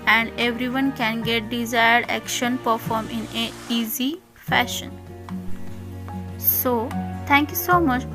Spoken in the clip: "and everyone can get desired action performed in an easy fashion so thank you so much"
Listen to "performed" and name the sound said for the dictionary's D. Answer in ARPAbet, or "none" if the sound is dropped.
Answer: none